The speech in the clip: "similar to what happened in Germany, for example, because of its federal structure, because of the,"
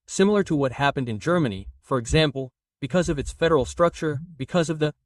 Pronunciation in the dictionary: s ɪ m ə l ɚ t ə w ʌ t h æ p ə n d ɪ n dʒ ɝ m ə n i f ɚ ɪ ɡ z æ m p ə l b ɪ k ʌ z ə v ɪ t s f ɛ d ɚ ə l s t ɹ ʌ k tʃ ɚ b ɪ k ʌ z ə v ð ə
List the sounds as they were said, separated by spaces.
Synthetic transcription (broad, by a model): s ɪ m l ɚ t ə w ʌ t h æ p ə n d ɪ n dʒ ɝ m ə n i f ɚ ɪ ɡ z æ m p l b ɪ k ʌ z ə v ɪ t s f ɛ d ɚ l s t ɹ ʌ k tʃ ɚ b ɪ k ʌ z ə v ð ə